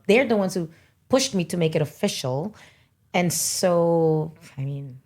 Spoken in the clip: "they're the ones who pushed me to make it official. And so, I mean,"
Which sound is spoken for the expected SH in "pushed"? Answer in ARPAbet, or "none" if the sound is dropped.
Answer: SH